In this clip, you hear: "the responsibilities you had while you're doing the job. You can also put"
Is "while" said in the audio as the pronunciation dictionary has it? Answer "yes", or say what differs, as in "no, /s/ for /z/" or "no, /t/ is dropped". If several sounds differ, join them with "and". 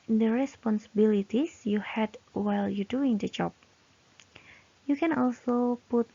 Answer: yes